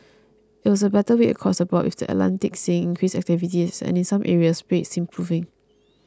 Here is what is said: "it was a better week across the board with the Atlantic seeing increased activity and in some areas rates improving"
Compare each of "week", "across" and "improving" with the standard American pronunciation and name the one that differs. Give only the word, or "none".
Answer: week